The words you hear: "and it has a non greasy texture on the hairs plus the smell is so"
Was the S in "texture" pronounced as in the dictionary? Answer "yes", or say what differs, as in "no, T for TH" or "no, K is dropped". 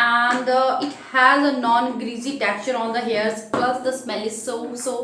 no, S is dropped